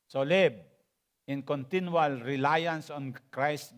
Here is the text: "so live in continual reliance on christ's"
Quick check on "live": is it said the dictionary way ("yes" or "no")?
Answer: no